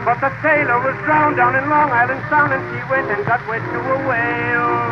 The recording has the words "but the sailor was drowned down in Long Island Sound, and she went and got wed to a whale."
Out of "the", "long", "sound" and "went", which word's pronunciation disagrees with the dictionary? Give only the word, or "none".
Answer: sound